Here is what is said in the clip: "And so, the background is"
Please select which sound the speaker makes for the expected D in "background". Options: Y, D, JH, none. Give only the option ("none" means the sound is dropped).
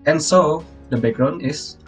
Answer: none